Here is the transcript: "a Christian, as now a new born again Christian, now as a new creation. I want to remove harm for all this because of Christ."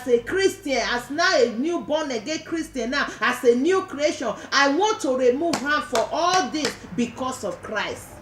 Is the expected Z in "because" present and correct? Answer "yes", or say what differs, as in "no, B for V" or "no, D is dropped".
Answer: no, S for Z